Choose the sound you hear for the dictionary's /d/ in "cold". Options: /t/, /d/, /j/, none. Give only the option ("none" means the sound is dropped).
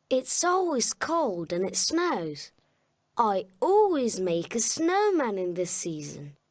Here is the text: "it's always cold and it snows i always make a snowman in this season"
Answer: /d/